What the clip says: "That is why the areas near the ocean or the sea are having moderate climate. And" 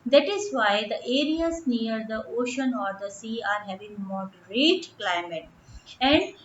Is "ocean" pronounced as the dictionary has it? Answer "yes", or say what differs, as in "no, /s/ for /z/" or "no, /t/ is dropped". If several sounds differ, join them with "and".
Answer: yes